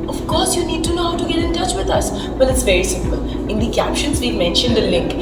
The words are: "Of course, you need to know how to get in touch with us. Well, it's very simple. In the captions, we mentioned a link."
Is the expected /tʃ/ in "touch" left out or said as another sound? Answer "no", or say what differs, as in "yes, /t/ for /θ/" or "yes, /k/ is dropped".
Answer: no